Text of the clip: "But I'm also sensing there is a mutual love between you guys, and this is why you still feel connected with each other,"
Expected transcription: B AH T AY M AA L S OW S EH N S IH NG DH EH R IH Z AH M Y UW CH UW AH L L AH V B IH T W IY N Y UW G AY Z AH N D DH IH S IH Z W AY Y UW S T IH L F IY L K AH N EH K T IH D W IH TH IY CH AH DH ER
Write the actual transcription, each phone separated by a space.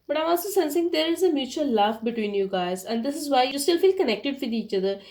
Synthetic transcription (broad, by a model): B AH T AY M AA L S OW S EH N S IH NG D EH R IH Z AH M Y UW CH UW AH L L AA F B IH T W IY N Y UW G AY Z AH N D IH S IH Z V AY Y UW S T IH L F IY L K AH N EH K T IH D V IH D IY CH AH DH ER